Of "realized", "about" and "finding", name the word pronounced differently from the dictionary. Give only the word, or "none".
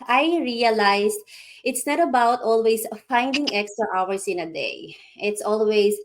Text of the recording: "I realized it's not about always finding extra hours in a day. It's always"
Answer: realized